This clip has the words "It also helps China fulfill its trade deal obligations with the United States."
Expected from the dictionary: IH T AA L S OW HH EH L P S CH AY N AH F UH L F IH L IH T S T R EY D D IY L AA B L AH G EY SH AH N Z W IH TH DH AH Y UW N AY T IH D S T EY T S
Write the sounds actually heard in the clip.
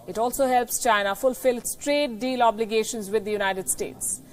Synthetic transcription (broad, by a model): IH T AA L S OW HH EH L P S CH AY N AH F UH L F IH L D S T R EY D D IY L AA B L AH G EY SH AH N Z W IH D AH Y UW N AY T IH D S T EY T S